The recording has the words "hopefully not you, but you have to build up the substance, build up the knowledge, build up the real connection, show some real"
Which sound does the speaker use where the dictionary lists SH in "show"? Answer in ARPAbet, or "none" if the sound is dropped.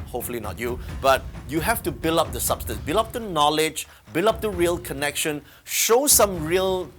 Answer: SH